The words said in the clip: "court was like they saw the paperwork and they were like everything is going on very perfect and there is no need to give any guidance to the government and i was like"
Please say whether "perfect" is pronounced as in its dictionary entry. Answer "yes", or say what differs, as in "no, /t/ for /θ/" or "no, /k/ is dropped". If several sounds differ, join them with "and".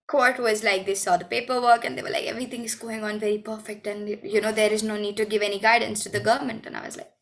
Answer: yes